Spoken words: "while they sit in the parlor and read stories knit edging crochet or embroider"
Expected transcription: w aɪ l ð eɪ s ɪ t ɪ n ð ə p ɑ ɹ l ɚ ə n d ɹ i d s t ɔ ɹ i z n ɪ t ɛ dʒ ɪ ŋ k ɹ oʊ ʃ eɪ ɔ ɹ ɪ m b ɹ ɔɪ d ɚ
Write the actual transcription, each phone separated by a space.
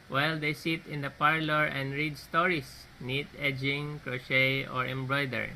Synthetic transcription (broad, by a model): w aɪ l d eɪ s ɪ t ɪ n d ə p ɑ ɹ l ɚ ə n d ɹ i d s t ɔ ɹ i s n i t ɛ dʒ ɪ ŋ k ɹ oʊ ʃ eɪ ɔ ɹ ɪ m b ɹ ɔɪ d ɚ